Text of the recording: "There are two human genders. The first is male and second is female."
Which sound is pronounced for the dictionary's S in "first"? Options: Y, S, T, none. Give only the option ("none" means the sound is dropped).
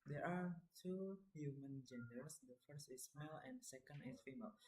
S